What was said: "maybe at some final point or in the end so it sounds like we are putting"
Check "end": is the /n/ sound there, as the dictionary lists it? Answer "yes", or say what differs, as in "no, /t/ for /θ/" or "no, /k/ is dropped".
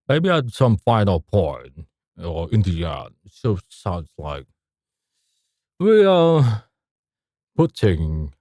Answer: no, /n/ is dropped